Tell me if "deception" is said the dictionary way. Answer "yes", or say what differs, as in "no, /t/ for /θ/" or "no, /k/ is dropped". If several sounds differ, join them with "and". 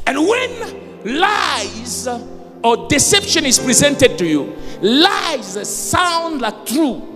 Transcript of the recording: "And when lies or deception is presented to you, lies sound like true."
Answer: yes